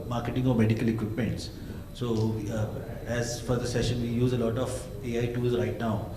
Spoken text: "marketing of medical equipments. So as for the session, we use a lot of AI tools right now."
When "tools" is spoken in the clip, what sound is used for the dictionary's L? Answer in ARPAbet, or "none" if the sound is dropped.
none